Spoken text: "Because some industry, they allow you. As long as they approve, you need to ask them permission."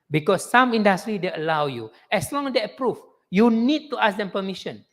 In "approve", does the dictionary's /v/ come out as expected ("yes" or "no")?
no